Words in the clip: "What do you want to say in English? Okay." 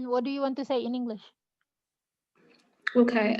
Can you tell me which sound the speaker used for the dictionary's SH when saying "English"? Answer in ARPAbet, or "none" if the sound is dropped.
SH